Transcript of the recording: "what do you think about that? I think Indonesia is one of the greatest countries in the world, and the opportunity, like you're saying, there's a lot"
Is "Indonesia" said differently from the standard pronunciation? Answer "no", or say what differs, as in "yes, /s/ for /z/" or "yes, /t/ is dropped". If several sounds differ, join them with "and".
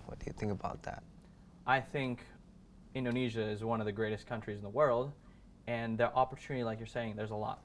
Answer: no